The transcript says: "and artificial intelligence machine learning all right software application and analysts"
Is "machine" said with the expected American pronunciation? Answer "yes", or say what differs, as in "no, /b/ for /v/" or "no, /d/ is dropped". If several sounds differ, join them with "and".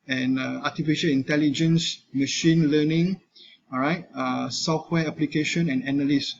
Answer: yes